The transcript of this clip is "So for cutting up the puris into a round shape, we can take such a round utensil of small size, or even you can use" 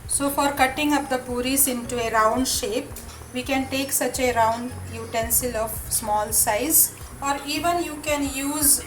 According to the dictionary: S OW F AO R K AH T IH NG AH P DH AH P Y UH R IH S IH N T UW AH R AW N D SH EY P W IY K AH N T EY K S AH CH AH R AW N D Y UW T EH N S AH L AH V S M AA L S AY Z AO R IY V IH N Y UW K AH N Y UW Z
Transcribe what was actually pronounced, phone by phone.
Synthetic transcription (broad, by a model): S OW F AO R K AH T IH NG AH P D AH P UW R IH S IH N T UW AH R AW N D SH EY P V IY K AH N T EY K S AH CH AH R AW N D Y UW T EH N S AH L AH V S M AA L S AY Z AO R IY V IH N Y UW K AH N Y UW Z